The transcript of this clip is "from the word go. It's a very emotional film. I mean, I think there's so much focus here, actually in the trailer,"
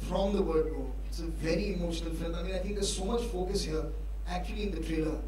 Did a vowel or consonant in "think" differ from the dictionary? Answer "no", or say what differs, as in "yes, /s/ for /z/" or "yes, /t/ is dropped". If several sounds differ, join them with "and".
yes, /t/ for /θ/